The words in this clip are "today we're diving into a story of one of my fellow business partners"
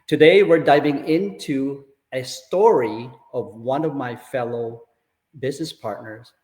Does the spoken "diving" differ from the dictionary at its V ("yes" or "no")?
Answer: no